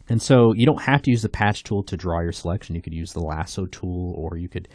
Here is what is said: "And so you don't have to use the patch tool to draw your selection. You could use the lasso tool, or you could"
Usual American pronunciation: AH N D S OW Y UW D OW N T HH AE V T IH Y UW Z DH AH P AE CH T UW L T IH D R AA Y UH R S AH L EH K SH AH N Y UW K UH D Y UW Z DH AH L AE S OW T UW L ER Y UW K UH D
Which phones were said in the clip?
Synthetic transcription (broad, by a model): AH N S OW Y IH D OW N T HH AE F T IH Y UW Z DH AH P AE CH T UW L T IH D R AA Y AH R S AH L EH K SH AH N Y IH K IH D Y UW Z DH AH L AE S OW T UW L ER Y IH K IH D